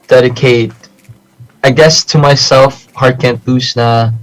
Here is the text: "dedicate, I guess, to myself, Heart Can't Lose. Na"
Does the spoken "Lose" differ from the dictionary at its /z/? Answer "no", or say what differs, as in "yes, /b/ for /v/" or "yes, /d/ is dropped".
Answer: yes, /s/ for /z/